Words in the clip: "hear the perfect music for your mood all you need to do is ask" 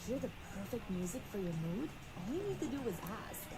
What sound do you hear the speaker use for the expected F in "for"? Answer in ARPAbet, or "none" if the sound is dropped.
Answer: F